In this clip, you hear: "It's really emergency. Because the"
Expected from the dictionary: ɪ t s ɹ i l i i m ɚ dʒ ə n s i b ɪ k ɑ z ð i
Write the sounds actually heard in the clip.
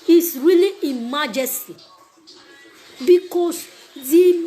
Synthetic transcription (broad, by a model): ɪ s ɹ i l i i m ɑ dʒ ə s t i b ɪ k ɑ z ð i